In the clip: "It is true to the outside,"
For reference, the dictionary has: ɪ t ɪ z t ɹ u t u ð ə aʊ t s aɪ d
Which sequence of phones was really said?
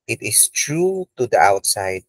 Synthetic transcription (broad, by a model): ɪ t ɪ s t ɹ u t u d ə aʊ t s aɪ d